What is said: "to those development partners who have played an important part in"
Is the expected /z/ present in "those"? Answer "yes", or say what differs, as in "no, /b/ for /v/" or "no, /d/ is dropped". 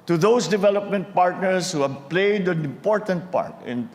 no, /s/ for /z/